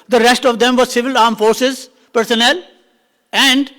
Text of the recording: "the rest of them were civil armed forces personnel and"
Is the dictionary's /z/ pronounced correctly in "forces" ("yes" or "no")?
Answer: yes